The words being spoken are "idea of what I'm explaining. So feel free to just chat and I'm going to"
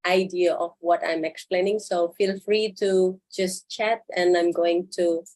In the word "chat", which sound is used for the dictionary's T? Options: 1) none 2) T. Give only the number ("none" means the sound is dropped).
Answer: 2